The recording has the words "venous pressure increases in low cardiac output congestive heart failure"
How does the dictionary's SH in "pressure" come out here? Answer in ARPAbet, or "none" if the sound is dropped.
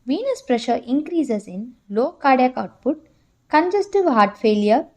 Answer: SH